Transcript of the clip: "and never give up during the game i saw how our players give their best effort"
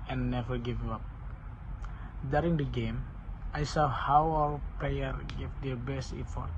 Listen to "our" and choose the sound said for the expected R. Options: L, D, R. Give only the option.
L